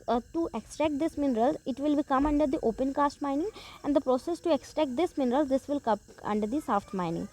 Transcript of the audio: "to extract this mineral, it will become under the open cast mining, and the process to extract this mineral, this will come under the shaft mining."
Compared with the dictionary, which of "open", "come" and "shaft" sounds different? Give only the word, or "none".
shaft